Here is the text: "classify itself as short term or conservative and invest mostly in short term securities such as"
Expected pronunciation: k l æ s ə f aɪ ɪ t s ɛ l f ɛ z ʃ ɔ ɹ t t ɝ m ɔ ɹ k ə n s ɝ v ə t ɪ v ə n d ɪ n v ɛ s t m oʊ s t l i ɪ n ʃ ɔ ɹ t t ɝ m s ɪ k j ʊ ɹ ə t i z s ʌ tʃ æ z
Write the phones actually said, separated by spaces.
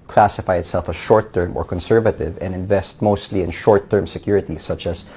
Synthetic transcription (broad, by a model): k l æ s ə f aɪ ɪ t s ɛ l f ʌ ʃ ɔ ɹ t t ɝ m ɔ ɹ k ə n s ɝ v ə t ɪ v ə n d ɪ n v ɛ s t m oʊ s t l i ɪ n ʃ ɔ ɹ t t ɝ m s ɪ k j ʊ ɹ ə t i s ʌ tʃ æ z